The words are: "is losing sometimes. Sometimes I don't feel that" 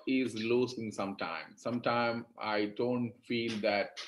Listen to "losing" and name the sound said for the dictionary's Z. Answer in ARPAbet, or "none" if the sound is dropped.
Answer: S